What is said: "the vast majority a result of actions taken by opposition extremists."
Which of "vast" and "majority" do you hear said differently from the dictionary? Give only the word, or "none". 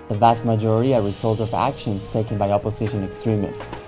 none